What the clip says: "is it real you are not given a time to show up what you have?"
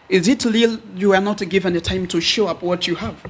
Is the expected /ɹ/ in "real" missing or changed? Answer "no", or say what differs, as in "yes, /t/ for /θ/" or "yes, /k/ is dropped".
yes, /l/ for /ɹ/